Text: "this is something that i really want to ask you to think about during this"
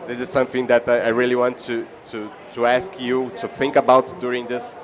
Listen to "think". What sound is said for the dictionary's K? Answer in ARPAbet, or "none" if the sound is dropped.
K